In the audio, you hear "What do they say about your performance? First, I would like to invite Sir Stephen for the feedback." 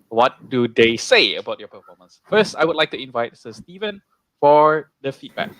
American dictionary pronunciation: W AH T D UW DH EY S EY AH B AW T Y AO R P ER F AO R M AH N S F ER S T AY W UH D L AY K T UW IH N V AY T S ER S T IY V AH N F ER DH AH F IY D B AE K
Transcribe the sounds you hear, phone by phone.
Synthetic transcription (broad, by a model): W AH T D UW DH EY S EY AH B AW T Y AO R P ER F AO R M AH N S F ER S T AY W UH D L AY K T UW IH N V AY T S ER S T IY V AH N F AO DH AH F IY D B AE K